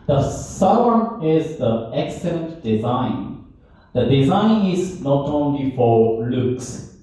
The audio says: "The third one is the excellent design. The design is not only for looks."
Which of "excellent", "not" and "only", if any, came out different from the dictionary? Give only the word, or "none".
none